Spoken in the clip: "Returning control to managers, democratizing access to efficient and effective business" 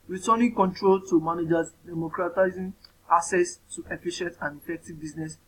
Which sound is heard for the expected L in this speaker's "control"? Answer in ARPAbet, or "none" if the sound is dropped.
L